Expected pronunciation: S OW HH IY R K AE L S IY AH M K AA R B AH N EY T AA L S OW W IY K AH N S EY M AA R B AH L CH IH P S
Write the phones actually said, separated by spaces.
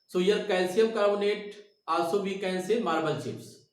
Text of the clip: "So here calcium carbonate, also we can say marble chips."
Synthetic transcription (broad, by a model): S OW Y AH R K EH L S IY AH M K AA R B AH N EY T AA S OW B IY K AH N S EY M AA R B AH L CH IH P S